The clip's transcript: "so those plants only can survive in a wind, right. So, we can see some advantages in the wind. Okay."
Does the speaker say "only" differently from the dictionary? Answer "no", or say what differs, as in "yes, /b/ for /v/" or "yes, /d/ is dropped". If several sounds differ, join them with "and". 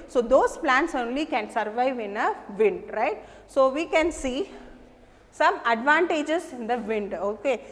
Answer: no